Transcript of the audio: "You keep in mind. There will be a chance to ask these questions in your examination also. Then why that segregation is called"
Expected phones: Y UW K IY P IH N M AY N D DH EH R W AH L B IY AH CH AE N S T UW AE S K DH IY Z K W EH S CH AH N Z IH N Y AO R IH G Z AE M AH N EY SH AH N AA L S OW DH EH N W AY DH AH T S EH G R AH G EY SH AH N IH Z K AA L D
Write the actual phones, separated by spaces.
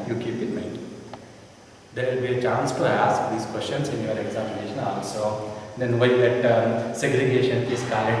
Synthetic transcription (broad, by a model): Y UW K IY P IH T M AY D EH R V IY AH CH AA N S T UW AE S K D IY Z K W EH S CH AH N S IH N Y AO R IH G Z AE M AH N EY SH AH N AA L S OW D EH N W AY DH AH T S EH G R AH G EY SH AH N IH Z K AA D